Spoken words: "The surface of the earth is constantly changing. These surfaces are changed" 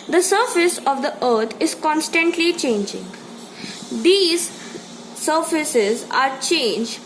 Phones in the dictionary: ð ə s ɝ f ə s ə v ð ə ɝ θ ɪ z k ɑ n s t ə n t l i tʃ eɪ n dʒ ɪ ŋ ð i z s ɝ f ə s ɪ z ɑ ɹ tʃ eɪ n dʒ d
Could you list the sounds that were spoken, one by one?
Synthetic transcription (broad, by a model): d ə s ɝ f ə s ə v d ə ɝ t ɪ z k ɑ n s t ə n t l i tʃ eɪ n dʒ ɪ ŋ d i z s ɝ f ə s ɪ z ɑ ɹ tʃ eɪ n dʒ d